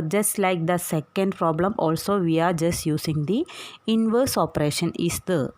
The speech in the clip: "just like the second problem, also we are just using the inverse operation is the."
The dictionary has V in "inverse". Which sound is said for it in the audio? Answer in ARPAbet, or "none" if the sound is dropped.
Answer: V